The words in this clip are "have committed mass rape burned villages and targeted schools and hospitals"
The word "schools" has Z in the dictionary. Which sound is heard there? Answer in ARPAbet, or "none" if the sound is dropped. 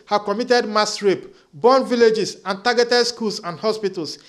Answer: S